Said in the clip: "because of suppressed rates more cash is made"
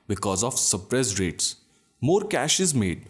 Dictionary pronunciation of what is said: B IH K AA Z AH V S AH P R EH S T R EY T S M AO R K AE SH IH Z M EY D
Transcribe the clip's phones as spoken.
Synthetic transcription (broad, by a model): B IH K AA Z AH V S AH P R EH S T R EY T S M AO R K AE SH IH Z M EY D